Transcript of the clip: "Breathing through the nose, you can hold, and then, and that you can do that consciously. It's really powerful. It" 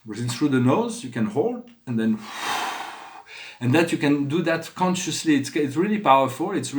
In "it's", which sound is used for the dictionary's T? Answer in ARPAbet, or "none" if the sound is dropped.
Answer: T